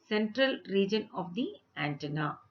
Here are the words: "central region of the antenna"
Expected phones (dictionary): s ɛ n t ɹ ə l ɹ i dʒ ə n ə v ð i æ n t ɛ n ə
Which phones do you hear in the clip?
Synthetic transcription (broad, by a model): s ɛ n t ɹ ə l ɹ i dʒ ə n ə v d i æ n t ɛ n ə